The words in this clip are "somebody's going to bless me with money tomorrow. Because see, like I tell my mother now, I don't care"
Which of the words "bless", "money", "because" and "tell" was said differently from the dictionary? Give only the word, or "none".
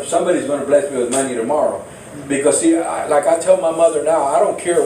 none